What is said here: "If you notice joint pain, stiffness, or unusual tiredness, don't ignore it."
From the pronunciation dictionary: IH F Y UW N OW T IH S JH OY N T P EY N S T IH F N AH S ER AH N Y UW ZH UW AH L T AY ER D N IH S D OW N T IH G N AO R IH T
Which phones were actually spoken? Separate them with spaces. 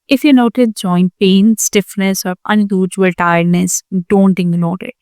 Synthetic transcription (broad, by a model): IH F Y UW N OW T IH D JH OY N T P EY N S T IH F N AH S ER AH N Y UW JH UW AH L T AY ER D N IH S D OW N T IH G L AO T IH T